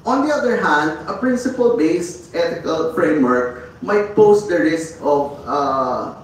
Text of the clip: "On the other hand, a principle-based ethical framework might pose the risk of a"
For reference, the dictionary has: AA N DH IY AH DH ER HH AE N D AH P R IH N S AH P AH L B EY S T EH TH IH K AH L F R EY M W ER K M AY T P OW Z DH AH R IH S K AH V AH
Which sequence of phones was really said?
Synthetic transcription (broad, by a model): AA N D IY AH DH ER HH AE N D AH P R IH N S AH P AH L B EY S T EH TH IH K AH L F R EY M W ER K M AY T P OW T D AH R IH S K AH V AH